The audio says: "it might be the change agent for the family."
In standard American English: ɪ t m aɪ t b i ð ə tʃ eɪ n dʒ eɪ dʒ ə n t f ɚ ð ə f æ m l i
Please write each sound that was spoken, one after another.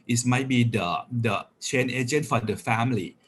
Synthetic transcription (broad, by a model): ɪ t m aɪ t b i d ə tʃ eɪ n eɪ dʒ ə n t f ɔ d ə f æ m l i